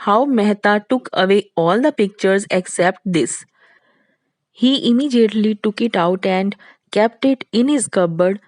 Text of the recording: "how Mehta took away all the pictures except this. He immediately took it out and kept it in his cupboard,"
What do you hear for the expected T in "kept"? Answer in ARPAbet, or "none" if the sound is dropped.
T